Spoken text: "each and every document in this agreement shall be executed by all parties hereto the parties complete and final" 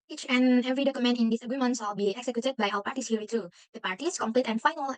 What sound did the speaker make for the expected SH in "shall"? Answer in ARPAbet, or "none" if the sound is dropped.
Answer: S